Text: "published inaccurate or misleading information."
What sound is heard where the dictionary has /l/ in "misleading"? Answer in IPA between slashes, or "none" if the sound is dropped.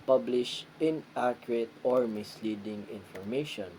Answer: /l/